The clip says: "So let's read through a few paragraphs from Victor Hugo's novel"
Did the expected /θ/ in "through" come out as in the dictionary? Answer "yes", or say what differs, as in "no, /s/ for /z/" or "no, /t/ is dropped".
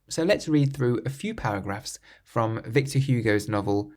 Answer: yes